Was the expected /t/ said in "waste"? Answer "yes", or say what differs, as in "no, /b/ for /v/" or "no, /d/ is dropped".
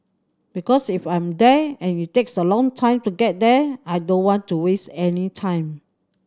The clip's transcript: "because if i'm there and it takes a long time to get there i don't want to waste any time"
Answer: yes